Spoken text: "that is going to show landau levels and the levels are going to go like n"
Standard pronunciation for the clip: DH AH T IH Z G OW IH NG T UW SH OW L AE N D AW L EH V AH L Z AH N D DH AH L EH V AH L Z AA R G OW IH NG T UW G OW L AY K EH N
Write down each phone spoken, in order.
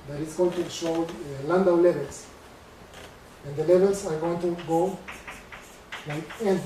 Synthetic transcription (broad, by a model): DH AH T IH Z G OW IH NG T UW SH OW L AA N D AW L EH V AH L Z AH N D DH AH L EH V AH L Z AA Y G OW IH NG T UW G OW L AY EH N